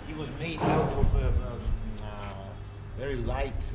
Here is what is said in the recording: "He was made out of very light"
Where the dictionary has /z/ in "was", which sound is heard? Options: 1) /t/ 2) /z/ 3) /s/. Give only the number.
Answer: 2